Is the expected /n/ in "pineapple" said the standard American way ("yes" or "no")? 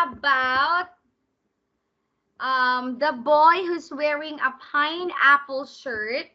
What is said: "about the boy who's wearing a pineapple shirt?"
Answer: yes